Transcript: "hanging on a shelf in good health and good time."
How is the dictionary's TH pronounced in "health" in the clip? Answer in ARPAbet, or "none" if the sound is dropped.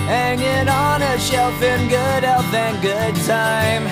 F